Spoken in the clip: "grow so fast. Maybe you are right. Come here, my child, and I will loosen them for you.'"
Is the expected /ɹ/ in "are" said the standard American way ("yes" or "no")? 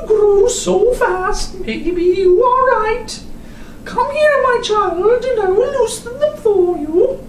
no